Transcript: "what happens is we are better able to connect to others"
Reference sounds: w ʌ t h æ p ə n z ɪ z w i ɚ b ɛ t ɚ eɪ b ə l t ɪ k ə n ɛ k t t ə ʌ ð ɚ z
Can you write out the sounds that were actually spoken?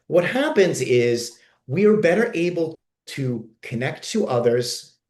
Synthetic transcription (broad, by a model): w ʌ t h æ p ə n z ɪ z w i ɚ b ɛ t ɚ eɪ b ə l t ɪ k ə n ɛ k t t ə ʌ ð ɚ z